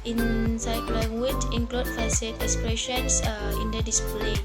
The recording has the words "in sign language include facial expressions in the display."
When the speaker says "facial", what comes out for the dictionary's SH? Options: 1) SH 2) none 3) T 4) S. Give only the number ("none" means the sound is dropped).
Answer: 4